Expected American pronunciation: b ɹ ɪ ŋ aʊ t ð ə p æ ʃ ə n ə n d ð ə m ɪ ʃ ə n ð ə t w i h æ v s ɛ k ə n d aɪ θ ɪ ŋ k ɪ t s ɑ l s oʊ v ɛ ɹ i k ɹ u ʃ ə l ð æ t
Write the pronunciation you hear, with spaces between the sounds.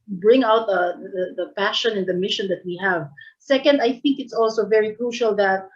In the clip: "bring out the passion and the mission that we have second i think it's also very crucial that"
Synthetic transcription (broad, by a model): b ɹ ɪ ŋ aʊ t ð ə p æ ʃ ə n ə n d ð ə m ɪ ʃ ə n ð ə t w i h æ v s ɛ k ə n d aɪ θ ɪ ŋ k ɪ t s ɑ l s oʊ v ɛ ɹ i k ɹ u ʃ ə l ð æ t